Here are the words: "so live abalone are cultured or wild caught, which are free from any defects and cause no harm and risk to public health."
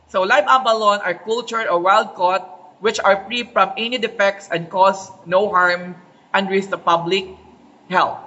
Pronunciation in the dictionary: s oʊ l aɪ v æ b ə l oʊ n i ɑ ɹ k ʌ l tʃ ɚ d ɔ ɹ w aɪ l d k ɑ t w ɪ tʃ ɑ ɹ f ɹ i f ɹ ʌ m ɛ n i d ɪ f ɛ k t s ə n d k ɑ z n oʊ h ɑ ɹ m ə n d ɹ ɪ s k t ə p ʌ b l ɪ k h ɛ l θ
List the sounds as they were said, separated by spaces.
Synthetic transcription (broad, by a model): s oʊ l aɪ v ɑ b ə l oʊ n ɑ ɹ k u l tʃ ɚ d ɔ ɹ w aɪ l d k ɑ t w ɪ tʃ ɑ ɹ f ɹ i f ɹ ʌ m ɛ n i d ɪ f ɛ k t s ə n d k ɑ s n oʊ h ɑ ɹ m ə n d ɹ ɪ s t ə p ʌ b l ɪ k h ɛ l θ